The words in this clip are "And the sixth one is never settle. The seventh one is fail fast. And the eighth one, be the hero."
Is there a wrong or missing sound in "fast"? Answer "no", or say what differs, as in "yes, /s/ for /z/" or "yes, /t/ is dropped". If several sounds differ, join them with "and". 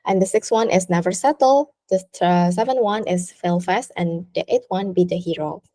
no